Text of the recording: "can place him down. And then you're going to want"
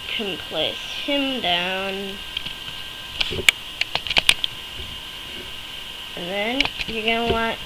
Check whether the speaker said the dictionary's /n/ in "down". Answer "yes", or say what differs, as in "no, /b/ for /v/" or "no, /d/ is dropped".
yes